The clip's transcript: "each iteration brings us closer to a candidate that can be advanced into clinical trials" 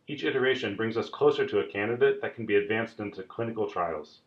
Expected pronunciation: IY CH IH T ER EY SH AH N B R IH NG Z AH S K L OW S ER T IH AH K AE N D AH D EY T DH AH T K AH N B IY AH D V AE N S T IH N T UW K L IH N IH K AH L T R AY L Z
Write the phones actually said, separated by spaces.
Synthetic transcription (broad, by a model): IY CH IH T ER EY SH AH N B R IH NG Z AH S K L OW S ER T IH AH K AE N D AH D EY T DH AH T K N B IY AH D V AE N S T IH N T UW K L IH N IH K L T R AY L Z